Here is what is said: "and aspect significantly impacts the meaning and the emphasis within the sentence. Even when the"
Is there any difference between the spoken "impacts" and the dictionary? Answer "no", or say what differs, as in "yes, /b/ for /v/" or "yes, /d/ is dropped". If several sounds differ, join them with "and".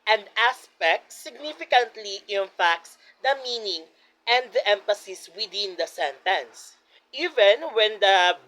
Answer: yes, /f/ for /p/